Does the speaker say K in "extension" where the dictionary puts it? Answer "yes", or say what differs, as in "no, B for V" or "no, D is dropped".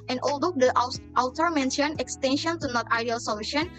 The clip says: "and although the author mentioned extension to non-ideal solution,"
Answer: yes